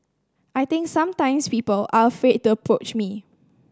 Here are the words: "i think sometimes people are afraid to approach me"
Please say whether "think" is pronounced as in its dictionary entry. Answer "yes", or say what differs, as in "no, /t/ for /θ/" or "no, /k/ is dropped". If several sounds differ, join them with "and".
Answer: no, /t/ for /θ/